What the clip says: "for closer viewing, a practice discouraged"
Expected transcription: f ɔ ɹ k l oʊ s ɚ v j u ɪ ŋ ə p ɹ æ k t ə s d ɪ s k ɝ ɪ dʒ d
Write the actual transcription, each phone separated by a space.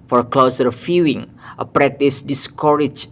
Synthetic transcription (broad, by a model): f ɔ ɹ k l oʊ s ɚ f j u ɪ ŋ ə p ɹ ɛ k t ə s d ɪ s k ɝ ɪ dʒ